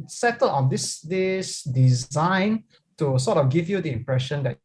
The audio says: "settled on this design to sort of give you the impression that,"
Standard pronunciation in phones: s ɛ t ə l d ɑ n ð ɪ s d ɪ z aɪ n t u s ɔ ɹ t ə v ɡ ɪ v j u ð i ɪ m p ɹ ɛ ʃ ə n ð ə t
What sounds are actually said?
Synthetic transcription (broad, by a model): s ɛ t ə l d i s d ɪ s d ɪ z aɪ n t u s ɔ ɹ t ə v ɡ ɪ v j u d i ɪ m p ɹ ɛ ʃ ə n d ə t